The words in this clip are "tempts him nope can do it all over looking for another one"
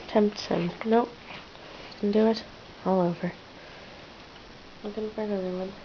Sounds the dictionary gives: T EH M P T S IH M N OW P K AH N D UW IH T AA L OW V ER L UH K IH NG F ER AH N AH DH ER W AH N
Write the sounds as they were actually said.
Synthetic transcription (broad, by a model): T EH M P T S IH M N OW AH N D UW IH T AA L OW V ER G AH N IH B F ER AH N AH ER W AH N